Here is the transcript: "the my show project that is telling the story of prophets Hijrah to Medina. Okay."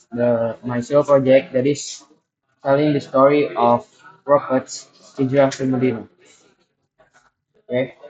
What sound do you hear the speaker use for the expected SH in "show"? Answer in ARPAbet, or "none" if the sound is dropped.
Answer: S